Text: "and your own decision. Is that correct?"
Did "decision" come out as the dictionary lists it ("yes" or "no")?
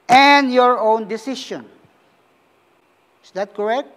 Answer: no